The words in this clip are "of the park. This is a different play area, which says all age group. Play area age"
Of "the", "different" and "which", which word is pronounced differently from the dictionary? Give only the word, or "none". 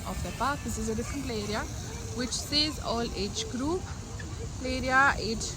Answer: none